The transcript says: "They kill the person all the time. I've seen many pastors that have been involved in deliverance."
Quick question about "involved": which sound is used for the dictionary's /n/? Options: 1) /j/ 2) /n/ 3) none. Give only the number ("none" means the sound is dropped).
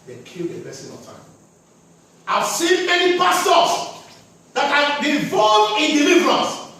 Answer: 3